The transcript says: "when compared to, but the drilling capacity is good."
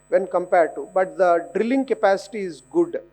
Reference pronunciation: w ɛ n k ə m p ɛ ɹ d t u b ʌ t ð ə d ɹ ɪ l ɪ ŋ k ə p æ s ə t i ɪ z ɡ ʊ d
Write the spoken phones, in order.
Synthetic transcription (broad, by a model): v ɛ n k ə m p ɛ ɹ d t u b ʌ t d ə d ɹ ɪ l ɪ ŋ k ə p æ s ə t i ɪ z ɡ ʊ d